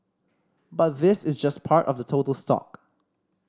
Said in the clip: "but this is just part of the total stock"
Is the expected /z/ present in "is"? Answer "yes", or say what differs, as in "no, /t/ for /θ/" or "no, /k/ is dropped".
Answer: yes